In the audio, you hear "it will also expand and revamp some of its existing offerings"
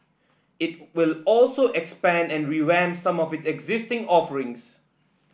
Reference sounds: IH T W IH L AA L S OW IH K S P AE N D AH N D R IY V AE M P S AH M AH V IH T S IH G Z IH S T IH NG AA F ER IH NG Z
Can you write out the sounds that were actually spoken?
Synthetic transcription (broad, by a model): IH T W IH L AA L S OW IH K S P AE N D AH N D R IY W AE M S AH M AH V IH T S IH G Z IH S T IH NG AA F ER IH NG S